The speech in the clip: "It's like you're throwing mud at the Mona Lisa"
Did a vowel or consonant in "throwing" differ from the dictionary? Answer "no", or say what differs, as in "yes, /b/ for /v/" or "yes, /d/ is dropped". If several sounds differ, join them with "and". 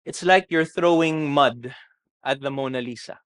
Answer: no